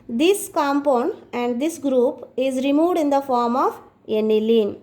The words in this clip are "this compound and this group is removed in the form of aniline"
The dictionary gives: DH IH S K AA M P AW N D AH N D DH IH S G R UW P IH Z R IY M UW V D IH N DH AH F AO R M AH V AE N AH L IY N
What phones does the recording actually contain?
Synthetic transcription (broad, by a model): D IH S K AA M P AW N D AH N D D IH S G R UW P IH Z R IY M UW V D IH N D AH F AO R M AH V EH N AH L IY N